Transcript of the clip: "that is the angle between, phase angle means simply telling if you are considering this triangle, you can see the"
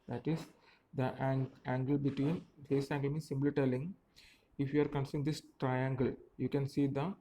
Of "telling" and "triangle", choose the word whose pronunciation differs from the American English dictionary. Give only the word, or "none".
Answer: none